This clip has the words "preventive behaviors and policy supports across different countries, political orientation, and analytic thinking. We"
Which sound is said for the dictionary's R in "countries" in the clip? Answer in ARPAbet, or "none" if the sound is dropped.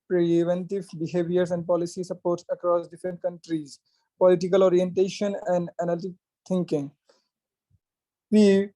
R